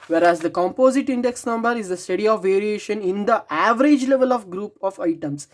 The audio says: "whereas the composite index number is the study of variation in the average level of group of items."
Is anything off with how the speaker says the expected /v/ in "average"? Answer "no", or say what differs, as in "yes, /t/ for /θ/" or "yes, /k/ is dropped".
no